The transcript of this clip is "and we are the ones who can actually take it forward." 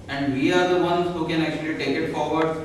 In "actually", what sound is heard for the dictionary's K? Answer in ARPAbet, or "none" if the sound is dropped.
K